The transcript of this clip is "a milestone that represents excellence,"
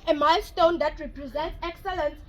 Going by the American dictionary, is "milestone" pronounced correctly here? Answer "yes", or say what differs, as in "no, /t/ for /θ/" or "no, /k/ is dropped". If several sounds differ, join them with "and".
yes